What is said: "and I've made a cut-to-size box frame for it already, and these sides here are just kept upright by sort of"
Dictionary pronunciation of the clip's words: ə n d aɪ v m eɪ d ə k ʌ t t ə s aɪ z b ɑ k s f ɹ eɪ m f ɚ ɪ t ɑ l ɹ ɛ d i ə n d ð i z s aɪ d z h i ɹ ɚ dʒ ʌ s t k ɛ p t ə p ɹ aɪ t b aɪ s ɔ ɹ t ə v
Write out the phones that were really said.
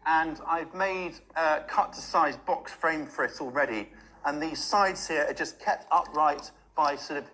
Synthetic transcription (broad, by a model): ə n aɪ v m eɪ d ə k ʌ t t ə s aɪ z b ɑ k s f ɹ eɪ m f ɚ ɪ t ɑ l ɹ ɛ d i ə n ð i z s aɪ d z h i ɹ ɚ dʒ ʌ s k ɛ p t ə p ɹ aɪ t b aɪ s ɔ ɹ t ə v